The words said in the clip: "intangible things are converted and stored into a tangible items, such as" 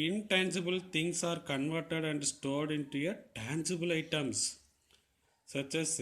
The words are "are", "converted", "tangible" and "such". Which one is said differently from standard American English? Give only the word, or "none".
none